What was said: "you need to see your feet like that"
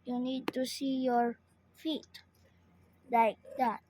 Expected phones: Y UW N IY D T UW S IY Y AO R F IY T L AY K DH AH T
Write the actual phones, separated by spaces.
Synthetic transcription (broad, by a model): Y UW N IY D T UW S IY Y AO R F IY T L AY K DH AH T